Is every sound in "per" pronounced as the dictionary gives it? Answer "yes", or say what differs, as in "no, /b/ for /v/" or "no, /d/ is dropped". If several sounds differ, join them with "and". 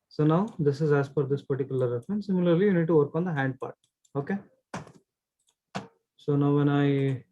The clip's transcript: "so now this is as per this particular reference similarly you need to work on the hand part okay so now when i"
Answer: no, /f/ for /p/